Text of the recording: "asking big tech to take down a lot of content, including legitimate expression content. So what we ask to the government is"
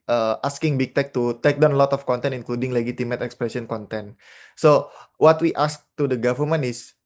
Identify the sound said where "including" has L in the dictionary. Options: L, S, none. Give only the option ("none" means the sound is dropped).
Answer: L